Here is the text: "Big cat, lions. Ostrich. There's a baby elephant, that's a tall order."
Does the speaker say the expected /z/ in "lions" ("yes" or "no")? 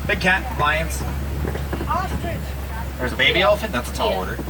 no